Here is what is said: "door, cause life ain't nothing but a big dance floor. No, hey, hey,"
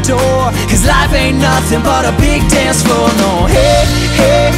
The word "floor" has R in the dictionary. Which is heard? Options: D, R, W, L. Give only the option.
L